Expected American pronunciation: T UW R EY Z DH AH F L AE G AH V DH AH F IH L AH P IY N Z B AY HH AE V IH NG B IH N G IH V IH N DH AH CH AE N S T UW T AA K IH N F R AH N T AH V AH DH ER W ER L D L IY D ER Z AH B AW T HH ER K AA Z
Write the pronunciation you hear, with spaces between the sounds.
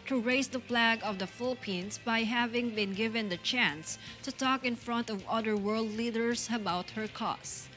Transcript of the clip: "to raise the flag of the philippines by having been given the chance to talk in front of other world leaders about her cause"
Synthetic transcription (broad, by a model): T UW R EY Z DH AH P L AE G AH V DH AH F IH L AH P IY N S B AY HH AE V IH NG B IH N G IH V IH N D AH CH AE N S T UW T AA K IH N F R AH N T AH V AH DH ER W ER L D L IY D ER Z AH B AW T HH ER K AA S